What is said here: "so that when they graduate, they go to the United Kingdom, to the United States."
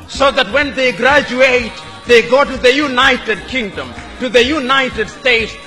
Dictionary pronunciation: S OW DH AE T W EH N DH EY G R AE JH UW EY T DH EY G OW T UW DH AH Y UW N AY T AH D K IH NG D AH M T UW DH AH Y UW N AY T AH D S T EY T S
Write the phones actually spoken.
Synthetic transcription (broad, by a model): S OW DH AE T W EH N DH EY G R AE JH UW EY T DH EY G OW T UW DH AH Y UW N AY T AH D K IH NG D AH M T UW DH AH Y UW N AY T AH D S T EY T S